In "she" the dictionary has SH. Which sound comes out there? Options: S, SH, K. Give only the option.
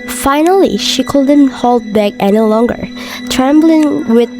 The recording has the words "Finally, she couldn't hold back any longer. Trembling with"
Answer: SH